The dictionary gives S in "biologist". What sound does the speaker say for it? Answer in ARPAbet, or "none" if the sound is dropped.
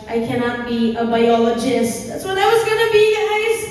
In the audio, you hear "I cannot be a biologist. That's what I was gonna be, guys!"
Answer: S